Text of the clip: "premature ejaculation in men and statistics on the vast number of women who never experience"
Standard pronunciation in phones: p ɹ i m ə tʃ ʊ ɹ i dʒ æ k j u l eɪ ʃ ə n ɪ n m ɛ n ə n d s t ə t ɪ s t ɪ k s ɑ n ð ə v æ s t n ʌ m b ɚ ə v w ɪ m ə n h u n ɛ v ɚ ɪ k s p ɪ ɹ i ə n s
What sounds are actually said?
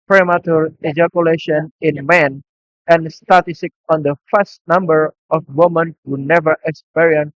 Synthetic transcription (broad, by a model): p ɹ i m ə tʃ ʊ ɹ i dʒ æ k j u l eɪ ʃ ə n ɪ n m ɛ n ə n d s t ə t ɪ s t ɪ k ɑ n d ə f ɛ s t n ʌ m b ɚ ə f w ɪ m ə n h u n ɛ v ɚ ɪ k s p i ɹ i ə n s